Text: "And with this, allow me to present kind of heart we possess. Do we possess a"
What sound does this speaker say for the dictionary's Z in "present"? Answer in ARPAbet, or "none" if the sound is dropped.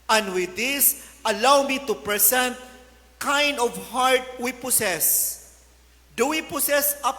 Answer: S